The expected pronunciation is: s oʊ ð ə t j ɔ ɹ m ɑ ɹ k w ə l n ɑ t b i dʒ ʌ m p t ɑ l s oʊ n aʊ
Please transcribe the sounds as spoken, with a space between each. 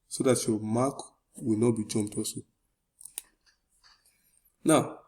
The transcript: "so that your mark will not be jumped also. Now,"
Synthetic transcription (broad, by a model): s oʊ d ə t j ɔ m ɑ k w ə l n ɑ t b i dʒ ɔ m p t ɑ s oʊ n aʊ